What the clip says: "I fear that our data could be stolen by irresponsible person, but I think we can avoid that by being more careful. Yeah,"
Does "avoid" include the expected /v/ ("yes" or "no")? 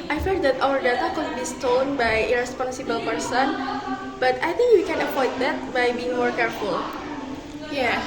no